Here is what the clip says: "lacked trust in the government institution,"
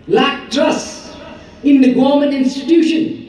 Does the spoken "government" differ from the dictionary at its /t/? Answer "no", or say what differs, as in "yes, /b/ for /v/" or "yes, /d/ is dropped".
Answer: yes, /t/ is dropped